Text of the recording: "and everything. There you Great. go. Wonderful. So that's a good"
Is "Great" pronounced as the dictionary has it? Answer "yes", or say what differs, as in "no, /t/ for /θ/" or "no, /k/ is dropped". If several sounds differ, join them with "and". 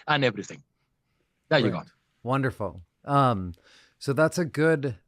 no, /ɹ/ is dropped